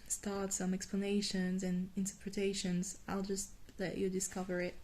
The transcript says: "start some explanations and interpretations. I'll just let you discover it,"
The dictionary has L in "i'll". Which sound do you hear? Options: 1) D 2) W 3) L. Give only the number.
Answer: 3